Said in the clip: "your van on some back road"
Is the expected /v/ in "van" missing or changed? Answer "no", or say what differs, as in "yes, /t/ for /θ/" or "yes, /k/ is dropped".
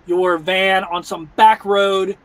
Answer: no